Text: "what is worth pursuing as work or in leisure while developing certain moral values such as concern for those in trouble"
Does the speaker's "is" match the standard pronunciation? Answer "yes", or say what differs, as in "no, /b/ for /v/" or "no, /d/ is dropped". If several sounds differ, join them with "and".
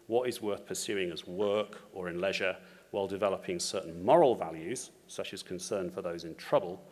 yes